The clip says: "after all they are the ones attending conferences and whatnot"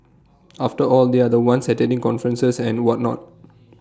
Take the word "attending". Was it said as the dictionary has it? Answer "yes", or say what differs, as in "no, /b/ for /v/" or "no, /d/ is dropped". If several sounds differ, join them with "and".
no, /n/ is dropped